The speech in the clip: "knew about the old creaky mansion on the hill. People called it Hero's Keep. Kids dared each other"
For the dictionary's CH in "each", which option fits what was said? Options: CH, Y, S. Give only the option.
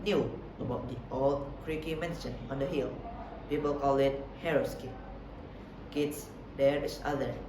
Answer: S